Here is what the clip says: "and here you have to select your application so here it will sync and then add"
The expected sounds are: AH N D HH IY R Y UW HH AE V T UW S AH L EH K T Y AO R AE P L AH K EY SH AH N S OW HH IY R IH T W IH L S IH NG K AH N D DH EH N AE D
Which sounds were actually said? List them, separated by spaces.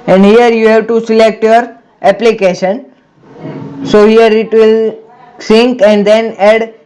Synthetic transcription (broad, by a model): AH N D HH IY R Y UW HH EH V T UW S AH L EH K T Y AO R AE P L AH K EY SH AH N S OW HH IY R IH T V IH L S IH NG K AH N D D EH N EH D